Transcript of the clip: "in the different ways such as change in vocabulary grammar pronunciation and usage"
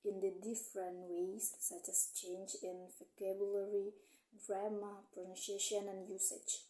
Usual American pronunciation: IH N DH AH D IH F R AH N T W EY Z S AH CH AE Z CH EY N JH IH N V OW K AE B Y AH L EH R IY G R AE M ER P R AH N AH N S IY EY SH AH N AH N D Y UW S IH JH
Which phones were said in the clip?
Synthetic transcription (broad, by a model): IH N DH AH D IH F R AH N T W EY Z S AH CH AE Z CH EY N JH IH N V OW K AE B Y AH L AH R IY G R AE M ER P R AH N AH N SH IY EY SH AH N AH N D Y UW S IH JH